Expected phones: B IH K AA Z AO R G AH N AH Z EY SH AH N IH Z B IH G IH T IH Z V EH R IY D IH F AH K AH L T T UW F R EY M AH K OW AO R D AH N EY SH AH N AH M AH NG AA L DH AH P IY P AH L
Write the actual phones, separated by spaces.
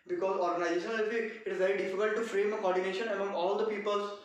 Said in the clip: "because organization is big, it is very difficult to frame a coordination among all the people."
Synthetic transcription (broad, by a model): B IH K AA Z AO R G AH N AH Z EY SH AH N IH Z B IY IH T IH Z V EH R IY D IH F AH K AH L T T UW F R EY M AH K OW AO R D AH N EY SH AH N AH M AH NG AA L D AH P IY P AH L